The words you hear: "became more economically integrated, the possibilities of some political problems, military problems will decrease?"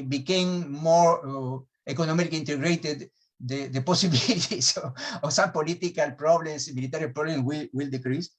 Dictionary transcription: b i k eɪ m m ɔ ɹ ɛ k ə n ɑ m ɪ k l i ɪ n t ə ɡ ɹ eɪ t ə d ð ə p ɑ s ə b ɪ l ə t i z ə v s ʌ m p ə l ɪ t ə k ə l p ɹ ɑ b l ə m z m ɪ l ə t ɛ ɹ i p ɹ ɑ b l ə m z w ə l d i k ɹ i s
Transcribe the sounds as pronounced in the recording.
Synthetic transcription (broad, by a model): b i k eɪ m m ɔ ɹ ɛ k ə n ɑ m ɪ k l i n t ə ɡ ɹ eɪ t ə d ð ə p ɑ s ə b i l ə t i s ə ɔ s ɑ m p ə l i t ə k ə l p ɹ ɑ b l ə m s m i l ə t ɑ ɹ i p ɹ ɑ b l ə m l w ə l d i k ɹ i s